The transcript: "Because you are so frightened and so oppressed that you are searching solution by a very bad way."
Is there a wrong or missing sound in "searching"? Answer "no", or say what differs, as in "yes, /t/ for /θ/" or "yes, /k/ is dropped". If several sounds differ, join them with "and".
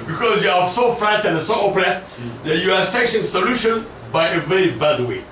yes, /ʃ/ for /tʃ/